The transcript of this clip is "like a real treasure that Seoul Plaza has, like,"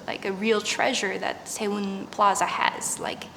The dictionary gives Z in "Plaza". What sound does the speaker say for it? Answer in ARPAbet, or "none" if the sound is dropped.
Z